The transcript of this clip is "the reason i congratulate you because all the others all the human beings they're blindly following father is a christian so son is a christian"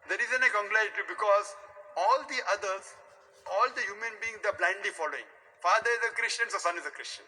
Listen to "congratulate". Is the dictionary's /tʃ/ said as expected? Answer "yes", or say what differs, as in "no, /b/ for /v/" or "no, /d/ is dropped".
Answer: no, /tʃ/ is dropped